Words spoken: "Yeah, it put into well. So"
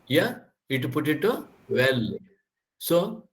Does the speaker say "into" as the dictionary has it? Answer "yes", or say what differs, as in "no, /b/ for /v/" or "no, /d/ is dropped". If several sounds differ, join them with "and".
no, /n/ is dropped